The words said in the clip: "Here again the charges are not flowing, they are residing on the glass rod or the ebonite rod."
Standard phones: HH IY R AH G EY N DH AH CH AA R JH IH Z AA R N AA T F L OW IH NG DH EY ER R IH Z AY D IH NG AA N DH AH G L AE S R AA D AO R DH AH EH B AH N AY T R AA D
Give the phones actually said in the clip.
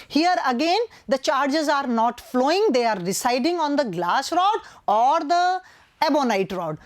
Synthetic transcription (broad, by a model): HH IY R AH G EY N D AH CH AA R JH IH Z AA R N AA T F L OW IH NG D EY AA R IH S AY D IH NG AA N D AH G L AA S R AA D AO R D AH EH B AH N AY T R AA D